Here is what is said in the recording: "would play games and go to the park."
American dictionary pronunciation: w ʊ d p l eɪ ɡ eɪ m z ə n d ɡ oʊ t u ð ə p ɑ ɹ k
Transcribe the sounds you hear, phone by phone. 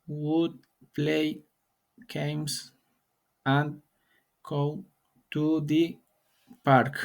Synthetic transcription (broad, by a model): w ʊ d p l eɪ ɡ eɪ m s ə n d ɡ oʊ t u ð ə p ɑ ɹ k